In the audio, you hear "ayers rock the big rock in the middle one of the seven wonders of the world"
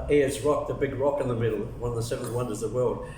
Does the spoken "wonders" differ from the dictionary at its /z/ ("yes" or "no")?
no